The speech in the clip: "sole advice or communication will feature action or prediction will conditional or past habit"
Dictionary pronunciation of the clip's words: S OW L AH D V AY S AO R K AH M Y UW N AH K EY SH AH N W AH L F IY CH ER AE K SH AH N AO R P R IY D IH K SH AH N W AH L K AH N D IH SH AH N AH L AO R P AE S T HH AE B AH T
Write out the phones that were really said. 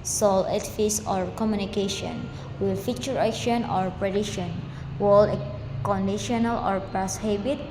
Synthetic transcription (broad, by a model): S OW L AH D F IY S AO R K AH M Y UW N AH K EY SH AH N W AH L F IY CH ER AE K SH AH N AO R P R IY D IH SH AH N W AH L K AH N D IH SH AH N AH L AO R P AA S HH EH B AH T